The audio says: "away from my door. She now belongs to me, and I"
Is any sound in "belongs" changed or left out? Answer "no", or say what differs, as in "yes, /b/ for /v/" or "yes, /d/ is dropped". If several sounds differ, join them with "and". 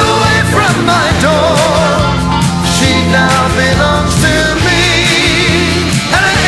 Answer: yes, /n/ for /l/